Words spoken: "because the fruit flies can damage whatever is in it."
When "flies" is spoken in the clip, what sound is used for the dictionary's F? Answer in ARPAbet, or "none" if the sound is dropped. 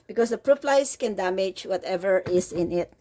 P